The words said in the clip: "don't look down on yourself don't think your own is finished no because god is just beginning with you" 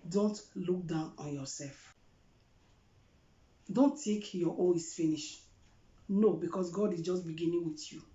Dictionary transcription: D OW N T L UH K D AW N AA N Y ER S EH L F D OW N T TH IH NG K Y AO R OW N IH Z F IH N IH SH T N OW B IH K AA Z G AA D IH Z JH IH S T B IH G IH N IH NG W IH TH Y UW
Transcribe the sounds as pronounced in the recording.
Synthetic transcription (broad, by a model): D OW N T L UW K D AW N AA N Y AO S EH L F D OW N T T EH K Y AO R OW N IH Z F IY N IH SH N OW B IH K AA S G AA D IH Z JH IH S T B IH G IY N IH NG W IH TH Y UW